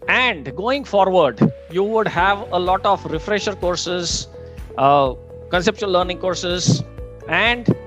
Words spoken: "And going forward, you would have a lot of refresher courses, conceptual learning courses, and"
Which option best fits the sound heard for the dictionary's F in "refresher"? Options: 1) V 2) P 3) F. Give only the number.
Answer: 3